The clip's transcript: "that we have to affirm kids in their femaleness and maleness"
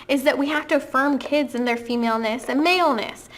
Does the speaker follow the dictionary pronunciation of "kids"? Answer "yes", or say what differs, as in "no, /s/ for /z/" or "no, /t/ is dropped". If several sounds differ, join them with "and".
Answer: yes